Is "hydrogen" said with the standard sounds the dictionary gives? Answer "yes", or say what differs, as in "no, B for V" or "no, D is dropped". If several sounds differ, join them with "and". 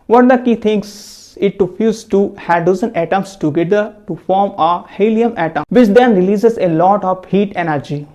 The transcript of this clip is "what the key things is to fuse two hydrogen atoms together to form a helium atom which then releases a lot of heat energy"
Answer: no, R is dropped and Z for JH